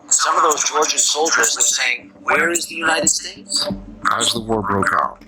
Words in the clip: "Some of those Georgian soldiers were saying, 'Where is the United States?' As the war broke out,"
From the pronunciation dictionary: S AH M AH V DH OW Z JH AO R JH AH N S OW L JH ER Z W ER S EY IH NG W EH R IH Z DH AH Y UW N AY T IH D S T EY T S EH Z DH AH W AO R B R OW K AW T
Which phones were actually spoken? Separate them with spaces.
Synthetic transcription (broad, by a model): S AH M AH V DH OW Z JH AO R JH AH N S OW L JH ER Z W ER S EY IH NG W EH R IH Z DH AH Y UW N AY T IH D S T EY T S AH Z DH AH W AO R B R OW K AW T